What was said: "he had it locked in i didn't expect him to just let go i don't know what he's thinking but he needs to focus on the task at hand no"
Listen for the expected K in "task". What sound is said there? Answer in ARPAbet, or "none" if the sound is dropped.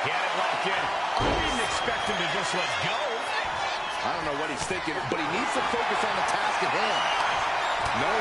K